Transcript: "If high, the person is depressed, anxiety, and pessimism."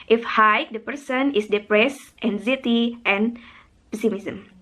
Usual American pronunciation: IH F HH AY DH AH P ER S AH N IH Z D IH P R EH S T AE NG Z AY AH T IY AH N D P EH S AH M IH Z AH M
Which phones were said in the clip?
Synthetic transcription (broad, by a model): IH F HH AY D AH P ER S AH N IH S D IH P R EH S T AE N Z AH T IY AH N P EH S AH M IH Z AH M